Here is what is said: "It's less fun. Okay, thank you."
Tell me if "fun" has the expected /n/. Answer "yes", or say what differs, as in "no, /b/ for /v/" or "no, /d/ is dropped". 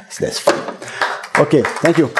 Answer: no, /n/ is dropped